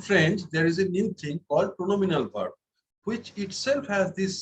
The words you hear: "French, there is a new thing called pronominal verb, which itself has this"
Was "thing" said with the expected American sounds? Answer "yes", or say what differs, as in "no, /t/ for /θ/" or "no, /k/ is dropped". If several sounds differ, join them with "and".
no, /t/ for /θ/